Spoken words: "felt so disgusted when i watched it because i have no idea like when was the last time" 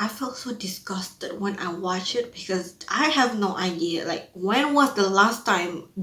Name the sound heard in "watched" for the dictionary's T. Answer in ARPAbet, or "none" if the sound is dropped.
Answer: none